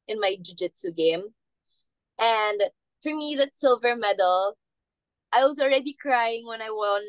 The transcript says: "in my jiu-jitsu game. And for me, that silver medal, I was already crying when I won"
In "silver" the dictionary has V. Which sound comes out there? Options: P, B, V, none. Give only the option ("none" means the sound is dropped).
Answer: V